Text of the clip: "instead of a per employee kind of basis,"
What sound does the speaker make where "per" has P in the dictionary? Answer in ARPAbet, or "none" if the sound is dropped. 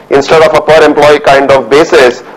P